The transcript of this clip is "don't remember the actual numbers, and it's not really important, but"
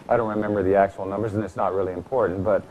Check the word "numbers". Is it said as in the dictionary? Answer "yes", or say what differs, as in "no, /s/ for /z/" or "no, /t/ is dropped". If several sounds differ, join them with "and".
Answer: yes